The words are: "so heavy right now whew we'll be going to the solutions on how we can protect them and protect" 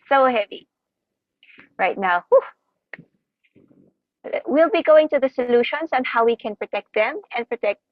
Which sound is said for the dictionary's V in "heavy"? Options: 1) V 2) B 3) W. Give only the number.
1